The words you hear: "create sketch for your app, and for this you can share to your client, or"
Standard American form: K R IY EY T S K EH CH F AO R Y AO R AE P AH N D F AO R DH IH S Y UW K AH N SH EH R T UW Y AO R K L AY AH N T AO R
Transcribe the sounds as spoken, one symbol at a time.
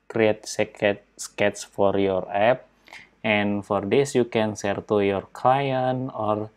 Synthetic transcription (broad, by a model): K R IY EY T S K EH S F AO R Y AO R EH P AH N F AO R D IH S Y UW K AH N S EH R T UW Y AO R K L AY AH N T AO R